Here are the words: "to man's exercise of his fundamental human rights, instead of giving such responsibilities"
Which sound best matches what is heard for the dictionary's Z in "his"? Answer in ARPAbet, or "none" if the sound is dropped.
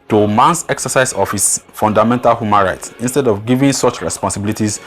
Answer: S